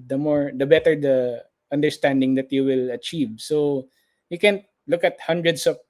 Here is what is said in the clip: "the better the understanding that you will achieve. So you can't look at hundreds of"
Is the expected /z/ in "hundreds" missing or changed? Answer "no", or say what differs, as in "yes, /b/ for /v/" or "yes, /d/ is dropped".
yes, /s/ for /z/